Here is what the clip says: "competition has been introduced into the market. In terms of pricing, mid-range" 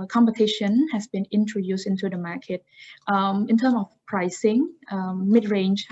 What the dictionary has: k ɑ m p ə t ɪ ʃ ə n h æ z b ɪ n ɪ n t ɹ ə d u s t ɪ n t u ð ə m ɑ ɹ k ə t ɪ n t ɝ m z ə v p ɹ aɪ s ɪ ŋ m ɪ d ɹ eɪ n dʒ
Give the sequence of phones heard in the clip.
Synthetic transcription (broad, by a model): k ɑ m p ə t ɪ ʃ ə n h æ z b ɪ n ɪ n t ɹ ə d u s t ɪ n t u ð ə m ɑ k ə t ɪ n t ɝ m ə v p ɹ aɪ s ɪ ŋ m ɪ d ɹ eɪ n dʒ